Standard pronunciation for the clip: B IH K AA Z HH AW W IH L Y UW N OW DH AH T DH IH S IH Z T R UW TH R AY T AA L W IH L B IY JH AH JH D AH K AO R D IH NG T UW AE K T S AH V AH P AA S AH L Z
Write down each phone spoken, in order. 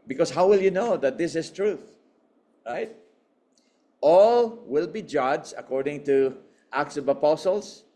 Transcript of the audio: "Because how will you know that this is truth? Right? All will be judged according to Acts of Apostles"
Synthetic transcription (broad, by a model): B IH K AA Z HH AW W IH L Y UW N OW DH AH T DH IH S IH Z T R UW TH R AY T AA L W IH L B IY JH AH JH AH K AO R D IH NG T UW AE K T S AH V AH P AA S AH L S